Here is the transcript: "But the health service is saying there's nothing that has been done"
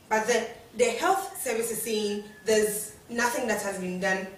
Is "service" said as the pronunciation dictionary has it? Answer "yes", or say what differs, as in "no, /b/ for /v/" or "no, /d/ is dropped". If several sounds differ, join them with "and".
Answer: yes